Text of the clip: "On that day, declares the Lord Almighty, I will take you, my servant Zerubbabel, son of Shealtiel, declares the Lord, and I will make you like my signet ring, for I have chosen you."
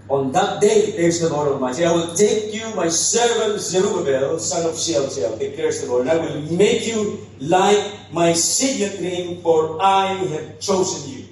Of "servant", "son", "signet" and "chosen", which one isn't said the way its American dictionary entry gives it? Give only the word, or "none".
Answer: signet